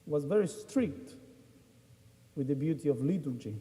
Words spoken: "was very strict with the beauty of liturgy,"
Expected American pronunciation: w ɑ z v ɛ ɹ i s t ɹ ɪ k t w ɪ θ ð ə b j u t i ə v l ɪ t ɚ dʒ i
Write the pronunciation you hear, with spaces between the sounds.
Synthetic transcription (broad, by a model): w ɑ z v ɛ ɹ i s t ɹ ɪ k t w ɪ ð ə b j u t i ə v l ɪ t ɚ dʒ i